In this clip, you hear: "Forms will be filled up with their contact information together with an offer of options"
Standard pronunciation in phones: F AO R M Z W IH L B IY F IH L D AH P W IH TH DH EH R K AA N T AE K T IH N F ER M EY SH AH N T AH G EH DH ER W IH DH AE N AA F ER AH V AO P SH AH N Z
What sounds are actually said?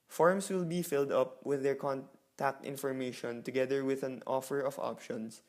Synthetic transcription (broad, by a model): F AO R M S W IH L B IY F IH L D AH P W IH DH EH R K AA N T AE K T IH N F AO M EY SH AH N T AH G EH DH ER W IH DH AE N AA F ER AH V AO P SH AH N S